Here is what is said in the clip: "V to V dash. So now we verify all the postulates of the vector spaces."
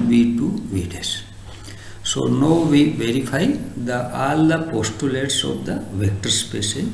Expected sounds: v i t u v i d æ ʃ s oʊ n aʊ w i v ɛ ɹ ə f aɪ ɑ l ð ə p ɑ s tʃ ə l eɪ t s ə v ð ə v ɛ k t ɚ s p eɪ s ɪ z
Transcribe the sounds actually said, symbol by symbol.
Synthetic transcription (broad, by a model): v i t u v i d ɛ s s oʊ n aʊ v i v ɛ ɹ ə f aɪ ɑ l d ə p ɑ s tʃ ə l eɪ t s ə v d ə v ɛ k t ɚ s p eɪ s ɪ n